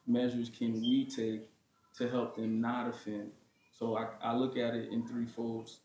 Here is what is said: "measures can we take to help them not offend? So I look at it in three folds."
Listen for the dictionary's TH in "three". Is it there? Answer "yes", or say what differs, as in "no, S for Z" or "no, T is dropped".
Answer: yes